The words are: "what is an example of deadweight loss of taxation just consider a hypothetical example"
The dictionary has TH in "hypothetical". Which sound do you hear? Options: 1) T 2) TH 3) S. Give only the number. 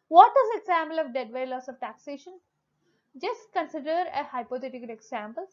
1